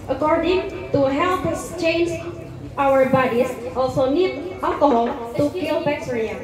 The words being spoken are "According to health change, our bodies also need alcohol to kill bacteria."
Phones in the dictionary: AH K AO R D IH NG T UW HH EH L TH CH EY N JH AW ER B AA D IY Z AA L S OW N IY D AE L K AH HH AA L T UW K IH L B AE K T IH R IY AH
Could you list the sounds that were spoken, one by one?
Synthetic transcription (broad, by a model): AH K AO R D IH NG T UW HH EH L S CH EY N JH AW ER B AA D IY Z AA L S OW N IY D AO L K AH HH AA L T UW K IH L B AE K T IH R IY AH